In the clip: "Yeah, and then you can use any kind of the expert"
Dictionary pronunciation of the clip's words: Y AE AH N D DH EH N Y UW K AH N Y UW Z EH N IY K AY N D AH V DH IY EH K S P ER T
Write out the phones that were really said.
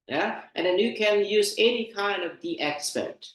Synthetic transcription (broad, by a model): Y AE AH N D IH N Y UW K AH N Y UW Z EH N IY K AY N D AH V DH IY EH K S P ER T